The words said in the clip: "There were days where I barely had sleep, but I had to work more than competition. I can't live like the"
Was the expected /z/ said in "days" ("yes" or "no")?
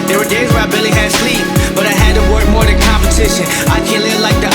yes